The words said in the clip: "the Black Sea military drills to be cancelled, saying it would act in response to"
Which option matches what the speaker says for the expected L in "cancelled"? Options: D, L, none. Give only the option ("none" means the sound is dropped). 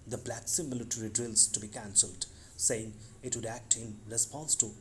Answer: L